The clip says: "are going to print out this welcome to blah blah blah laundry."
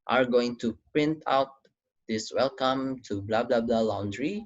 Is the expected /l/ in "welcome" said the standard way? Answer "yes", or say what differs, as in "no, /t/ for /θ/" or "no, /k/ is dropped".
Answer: yes